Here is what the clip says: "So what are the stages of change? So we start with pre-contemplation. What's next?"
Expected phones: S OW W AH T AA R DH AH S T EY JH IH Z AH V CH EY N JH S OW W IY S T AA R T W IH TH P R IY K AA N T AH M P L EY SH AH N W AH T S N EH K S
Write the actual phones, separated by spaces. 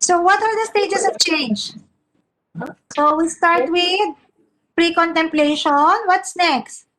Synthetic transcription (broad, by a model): S OW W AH T AA R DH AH S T EY JH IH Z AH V CH EY N JH S OW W IY S T AA R T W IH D P R IY K AA N T AH M P L EY SH AH N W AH T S N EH K S